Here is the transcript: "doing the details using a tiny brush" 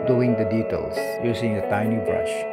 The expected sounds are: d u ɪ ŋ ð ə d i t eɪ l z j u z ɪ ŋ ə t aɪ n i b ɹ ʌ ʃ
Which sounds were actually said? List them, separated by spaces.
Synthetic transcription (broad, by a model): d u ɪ ŋ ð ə d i t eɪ l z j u s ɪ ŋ ə t aɪ n i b ɹ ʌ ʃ